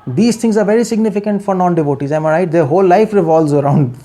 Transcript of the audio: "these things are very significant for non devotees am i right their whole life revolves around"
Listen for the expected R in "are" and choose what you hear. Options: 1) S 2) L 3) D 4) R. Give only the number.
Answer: 4